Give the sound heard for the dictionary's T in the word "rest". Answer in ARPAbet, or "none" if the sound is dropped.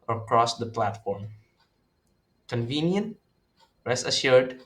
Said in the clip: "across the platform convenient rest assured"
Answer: none